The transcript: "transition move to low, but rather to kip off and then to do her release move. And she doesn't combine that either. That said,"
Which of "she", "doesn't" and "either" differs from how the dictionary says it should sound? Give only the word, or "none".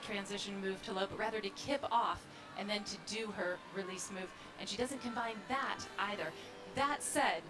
none